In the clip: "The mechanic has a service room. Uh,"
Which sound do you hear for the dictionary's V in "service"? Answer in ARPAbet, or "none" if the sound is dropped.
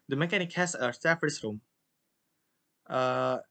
none